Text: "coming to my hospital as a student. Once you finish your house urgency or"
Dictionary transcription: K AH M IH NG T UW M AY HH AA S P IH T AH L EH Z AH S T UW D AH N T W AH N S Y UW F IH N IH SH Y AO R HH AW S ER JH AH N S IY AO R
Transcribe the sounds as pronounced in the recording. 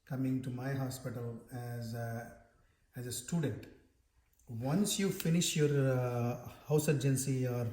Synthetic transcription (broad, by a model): K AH M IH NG T UW M AY HH AA S P IH T AH L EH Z AH S T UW D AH N T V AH N S Y UW F IH N IH SH Y AO R HH AW S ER JH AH N S IY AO R